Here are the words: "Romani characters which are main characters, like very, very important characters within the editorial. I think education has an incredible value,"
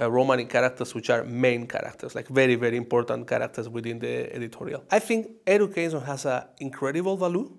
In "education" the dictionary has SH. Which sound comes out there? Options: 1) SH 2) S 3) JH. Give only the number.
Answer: 2